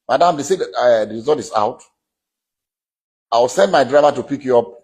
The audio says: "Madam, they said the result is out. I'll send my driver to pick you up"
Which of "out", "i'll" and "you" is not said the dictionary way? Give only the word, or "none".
i'll